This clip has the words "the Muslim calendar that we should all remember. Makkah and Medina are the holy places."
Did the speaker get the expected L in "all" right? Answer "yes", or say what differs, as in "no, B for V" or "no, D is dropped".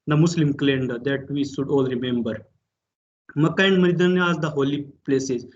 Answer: yes